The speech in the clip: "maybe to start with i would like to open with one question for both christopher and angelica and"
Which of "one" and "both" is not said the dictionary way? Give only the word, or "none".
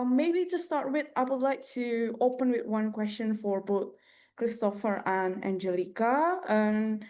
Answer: none